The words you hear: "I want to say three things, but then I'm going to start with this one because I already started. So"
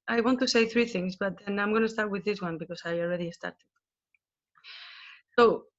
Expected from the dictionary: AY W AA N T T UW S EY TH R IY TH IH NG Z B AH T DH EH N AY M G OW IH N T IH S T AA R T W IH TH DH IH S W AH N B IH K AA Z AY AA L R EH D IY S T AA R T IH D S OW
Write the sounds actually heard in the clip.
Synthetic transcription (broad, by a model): AY W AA N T T UW S EY TH R IY TH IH NG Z B AH T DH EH N AY M G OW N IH S T AA R T W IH DH IH S W AH N B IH K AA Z AY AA L R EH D IY S T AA R T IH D S OW